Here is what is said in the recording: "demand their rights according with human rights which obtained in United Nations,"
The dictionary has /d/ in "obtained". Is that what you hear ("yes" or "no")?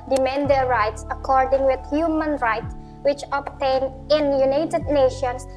no